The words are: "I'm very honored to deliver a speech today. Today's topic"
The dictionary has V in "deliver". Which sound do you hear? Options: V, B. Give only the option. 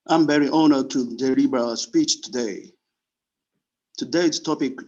B